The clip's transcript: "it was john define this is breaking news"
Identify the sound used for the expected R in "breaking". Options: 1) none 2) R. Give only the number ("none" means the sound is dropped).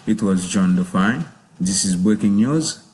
1